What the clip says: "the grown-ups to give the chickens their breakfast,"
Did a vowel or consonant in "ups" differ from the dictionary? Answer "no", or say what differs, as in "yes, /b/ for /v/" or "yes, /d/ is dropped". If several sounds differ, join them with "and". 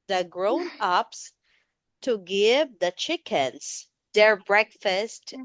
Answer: no